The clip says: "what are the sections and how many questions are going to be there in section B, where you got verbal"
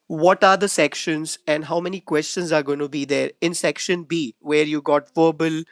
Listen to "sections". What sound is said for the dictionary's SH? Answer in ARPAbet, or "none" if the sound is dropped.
SH